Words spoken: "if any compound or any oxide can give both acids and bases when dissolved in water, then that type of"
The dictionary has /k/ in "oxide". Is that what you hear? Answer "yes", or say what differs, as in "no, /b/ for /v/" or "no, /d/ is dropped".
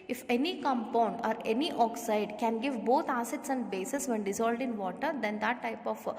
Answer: yes